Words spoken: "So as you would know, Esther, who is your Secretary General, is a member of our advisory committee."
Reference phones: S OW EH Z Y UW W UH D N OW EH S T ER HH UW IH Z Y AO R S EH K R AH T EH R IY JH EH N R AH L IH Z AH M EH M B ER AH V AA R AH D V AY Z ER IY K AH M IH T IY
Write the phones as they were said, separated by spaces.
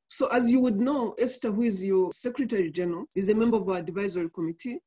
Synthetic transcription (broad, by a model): S OW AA Z Y UW W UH D N OW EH S T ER HH UW IH Z Y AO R S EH K R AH T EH R IY JH EH N R AH L IH Z AH M EH M B ER AH V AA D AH V AY Z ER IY K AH M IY T IY